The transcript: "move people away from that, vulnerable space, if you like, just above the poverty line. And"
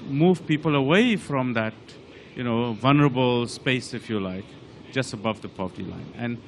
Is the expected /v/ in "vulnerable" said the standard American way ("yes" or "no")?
yes